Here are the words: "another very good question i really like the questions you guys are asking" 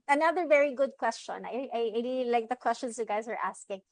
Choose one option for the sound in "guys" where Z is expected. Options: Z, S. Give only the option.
Z